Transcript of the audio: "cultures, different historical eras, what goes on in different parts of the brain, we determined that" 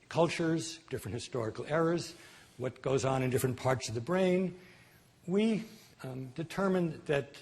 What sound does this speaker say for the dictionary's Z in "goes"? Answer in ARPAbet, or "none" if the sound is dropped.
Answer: Z